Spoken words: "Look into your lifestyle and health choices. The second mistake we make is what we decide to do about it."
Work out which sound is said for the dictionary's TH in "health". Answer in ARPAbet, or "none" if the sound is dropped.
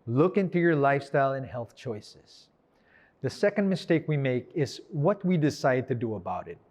TH